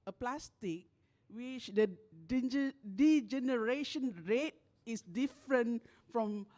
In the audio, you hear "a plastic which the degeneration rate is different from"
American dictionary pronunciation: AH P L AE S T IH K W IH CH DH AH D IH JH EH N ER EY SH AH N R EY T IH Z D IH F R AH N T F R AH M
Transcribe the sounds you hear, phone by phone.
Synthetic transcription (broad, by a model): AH P L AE S T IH K W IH CH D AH D IH JH EH N ER EY SH AH N R EY T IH S D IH F R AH N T F R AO M